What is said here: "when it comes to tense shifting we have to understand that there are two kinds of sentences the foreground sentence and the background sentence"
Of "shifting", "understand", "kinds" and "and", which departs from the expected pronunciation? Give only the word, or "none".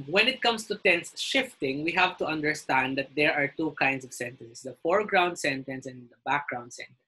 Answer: kinds